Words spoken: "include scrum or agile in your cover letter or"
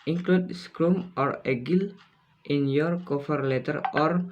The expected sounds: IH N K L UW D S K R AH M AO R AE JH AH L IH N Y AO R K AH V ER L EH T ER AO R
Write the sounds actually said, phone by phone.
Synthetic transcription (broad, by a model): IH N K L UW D S K R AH M AO R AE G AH L IH N Y AO R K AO F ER L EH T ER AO R